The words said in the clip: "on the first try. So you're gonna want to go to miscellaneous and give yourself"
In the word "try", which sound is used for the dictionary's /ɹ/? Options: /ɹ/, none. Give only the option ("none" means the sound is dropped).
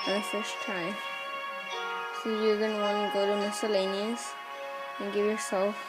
none